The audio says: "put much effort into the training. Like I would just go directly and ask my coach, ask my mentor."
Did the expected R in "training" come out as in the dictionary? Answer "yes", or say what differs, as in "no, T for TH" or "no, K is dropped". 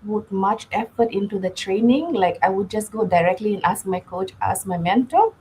yes